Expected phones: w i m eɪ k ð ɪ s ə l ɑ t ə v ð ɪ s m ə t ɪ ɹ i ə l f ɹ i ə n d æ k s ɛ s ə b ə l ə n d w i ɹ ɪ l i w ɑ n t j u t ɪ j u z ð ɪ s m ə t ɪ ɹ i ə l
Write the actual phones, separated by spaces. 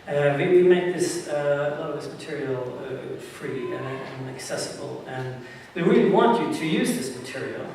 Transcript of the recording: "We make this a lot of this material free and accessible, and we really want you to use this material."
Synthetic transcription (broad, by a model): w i m eɪ k ð ɪ s ə l ɑ t ə v ð ɪ s m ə t ɪ ɹ i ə f ɹ i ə n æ k s ɛ s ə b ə l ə n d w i ɹ ɪ l i w ɑ n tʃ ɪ t ɪ j u z ð ɪ s m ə t ɪ ɹ i l